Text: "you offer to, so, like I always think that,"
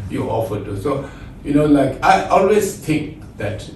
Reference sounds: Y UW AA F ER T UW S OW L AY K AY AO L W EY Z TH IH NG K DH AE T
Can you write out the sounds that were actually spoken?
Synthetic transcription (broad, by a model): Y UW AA F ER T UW S OW L AY K AY AO L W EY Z T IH NG K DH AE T